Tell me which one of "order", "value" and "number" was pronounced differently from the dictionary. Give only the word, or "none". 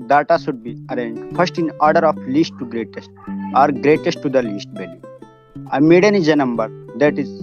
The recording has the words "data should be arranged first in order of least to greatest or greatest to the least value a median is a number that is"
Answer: value